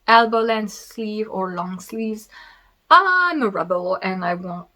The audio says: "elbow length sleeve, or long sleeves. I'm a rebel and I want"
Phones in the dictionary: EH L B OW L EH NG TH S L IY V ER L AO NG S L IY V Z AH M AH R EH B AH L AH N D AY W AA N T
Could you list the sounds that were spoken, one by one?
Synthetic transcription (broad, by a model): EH L B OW L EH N S L IY V ER L AO NG S L IY V Z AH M AH R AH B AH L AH N AY W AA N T